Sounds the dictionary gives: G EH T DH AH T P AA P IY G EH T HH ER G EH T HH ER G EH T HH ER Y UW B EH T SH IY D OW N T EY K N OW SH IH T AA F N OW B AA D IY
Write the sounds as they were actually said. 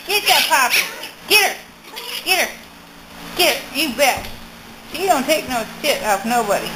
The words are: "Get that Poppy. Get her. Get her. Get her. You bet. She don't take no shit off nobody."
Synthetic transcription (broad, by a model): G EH T DH AH T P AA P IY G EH T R G EH T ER G EH T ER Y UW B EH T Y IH D OW N T EY K N OW S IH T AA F N OW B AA D IY